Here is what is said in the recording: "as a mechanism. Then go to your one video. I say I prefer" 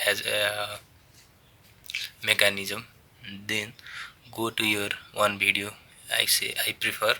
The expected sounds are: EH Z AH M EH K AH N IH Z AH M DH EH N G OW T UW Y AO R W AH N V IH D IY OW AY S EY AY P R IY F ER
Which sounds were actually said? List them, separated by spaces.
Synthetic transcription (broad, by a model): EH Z M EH K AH N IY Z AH M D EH N G OW T UW Y AO R W AH N B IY D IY OW AY S EY AY P R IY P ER